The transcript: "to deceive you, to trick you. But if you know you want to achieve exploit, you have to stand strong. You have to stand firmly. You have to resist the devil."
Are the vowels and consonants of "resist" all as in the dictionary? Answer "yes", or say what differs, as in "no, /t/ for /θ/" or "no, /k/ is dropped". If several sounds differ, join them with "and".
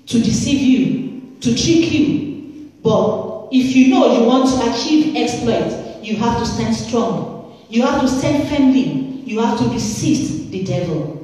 no, /s/ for /z/